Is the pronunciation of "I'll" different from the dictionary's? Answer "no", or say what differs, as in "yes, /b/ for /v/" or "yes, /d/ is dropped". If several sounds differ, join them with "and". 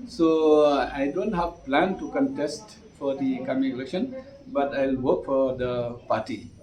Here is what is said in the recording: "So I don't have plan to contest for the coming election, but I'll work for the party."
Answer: no